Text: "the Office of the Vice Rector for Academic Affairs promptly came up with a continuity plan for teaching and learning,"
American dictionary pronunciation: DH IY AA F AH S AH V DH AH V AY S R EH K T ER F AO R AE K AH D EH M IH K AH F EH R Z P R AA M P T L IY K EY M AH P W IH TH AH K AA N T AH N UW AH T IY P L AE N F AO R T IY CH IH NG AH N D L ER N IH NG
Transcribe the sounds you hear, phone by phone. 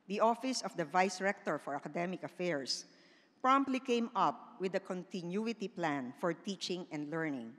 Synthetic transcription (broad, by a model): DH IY AA F AH S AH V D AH V AY S R EH K T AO F AO R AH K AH D EH M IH K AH F EH R S P R AA M P T L IY K EY M AH P W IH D AH K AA N T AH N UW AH T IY P L AE N F AO R T IY CH IH NG AH N D L ER N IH NG